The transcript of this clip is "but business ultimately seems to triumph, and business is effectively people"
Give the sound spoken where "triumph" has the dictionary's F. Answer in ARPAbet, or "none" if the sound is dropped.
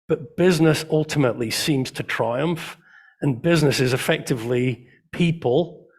F